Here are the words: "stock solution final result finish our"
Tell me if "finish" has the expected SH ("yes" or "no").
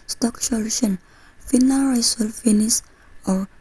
no